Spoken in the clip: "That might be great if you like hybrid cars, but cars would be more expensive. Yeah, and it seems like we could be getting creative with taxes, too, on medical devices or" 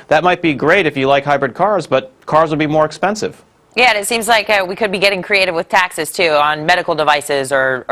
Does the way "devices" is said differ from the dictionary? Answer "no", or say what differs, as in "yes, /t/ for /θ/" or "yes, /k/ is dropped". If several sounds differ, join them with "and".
no